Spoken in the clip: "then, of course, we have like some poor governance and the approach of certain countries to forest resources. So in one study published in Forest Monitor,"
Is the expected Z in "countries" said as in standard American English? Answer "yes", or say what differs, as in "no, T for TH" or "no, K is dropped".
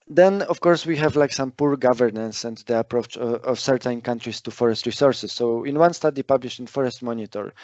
no, S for Z